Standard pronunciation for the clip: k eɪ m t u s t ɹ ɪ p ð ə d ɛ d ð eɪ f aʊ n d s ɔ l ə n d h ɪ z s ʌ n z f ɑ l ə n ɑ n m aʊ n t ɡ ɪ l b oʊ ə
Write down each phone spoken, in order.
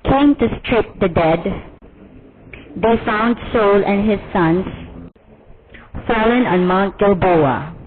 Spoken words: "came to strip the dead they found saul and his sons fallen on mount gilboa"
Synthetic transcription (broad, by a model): k eɪ m t u s t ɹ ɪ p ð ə d ɛ d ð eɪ f aʊ n d s ɔ l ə n h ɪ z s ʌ n s f ɑ l ə n ɑ n m aʊ n t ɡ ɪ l b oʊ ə